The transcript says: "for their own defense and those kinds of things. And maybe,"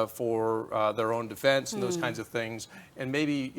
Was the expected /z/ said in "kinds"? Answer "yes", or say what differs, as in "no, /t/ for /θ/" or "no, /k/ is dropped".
yes